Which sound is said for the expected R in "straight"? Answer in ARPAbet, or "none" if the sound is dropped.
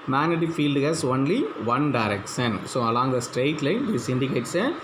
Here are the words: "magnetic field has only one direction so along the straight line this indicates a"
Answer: R